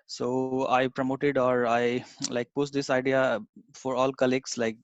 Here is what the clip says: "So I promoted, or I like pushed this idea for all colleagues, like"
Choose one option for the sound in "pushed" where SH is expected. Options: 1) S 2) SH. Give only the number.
1